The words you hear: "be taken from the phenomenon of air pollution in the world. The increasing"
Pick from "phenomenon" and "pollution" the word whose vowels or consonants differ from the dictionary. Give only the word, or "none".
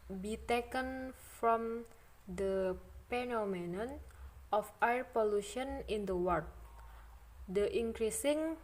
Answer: phenomenon